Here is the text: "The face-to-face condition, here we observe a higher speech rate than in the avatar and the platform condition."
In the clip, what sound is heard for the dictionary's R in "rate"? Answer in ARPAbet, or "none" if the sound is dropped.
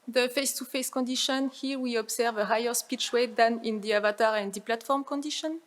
W